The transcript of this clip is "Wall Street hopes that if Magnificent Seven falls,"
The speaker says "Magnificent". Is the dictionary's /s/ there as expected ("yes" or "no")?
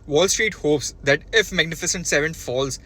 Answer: yes